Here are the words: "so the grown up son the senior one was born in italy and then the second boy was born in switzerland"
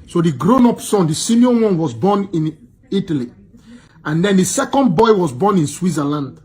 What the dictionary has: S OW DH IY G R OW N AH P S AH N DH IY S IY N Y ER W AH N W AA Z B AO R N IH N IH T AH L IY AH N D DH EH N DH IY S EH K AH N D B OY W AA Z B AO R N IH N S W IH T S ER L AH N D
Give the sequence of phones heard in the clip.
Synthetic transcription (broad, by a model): S OW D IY G R OW N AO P S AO N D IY S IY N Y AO W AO N W AA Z B AO N IH N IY T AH L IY AH N D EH N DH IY S EH K AH N D B OY W AA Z B AO N IH N S W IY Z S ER L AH N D